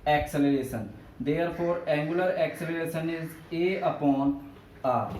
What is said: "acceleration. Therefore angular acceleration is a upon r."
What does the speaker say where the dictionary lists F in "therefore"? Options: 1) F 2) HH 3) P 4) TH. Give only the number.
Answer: 3